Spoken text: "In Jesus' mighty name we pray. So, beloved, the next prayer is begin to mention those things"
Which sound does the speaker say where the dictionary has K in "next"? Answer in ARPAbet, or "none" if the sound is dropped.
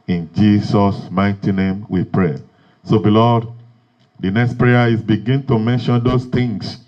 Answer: K